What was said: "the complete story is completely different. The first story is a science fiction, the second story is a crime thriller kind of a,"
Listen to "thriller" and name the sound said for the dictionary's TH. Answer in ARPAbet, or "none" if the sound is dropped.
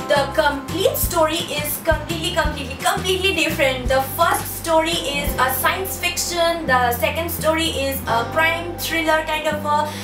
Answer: T